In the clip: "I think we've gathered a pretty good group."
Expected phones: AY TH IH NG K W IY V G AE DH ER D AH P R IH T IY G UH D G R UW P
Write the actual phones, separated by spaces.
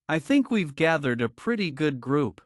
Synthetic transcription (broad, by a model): AY TH IH NG K W IY V G AE DH ER D AH P R IH T IY G UH D G R UW P